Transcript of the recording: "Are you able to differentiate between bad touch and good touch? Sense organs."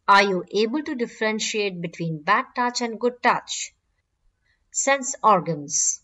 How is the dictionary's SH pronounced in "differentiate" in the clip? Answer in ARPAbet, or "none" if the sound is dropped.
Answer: SH